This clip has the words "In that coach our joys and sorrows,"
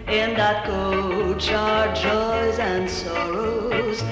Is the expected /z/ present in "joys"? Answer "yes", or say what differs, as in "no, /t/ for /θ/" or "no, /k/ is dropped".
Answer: yes